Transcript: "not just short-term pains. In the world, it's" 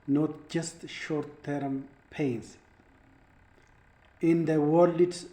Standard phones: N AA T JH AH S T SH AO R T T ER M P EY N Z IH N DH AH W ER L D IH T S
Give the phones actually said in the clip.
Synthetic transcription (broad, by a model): N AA T JH AH S T SH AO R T T ER M P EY N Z IH N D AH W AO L IH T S